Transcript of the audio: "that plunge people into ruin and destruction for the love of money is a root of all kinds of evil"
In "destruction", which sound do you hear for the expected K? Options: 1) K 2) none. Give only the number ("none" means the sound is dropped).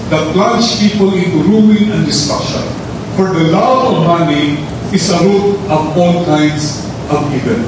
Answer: 2